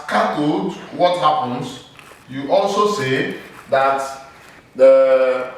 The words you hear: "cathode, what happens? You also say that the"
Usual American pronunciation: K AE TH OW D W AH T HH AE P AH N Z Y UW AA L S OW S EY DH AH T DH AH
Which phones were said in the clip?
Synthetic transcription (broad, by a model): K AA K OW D W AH T HH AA P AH N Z Y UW AA L S OW S EY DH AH T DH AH